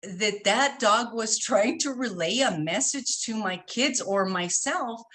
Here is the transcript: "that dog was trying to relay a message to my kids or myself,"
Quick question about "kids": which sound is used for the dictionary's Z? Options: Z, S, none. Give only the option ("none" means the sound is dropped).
Z